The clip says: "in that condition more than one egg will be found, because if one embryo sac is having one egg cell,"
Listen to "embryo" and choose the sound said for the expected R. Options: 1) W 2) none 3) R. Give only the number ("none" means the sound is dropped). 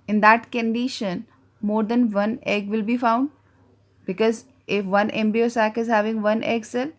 2